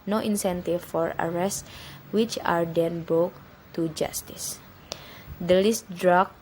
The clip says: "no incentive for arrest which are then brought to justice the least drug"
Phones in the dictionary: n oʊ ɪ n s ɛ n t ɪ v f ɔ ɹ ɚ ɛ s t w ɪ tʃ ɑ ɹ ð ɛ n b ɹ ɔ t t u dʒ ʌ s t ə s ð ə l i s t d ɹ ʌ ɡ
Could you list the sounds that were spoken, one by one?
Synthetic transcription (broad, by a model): n oʊ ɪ n s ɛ n t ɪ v f ɔ ɹ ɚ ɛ s t w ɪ tʃ ɑ ɹ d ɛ n b ɔ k t u dʒ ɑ s t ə s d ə l i s t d ɹ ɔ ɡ